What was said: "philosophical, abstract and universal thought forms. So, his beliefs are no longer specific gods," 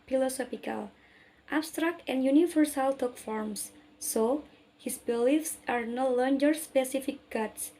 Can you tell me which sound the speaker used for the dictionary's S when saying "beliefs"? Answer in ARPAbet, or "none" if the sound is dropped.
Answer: S